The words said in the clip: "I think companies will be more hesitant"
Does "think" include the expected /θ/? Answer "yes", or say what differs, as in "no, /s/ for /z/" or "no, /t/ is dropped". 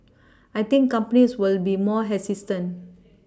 no, /t/ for /θ/